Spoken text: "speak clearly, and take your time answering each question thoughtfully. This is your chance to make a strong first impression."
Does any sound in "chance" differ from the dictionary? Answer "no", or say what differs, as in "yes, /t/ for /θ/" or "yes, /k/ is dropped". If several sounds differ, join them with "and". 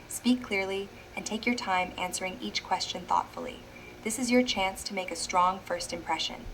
no